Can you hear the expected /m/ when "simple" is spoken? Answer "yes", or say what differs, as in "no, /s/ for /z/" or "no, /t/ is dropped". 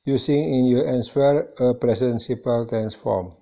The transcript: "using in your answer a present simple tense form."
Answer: no, /m/ is dropped